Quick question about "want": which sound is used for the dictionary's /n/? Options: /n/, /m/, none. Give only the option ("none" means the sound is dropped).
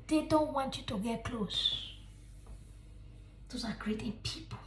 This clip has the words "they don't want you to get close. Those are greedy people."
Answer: /n/